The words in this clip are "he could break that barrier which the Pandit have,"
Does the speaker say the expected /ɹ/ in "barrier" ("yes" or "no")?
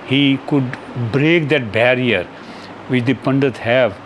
yes